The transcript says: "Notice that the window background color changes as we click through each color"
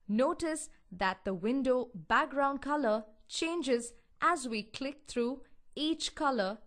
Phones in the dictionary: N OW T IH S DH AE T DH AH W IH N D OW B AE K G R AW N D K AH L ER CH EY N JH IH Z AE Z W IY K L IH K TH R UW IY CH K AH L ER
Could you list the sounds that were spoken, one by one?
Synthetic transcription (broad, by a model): N OW T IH S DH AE T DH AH W IH N D OW B AE K G R AW N D K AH L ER CH EY N JH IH Z AE Z W IY K L IH K T R UW IY CH K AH L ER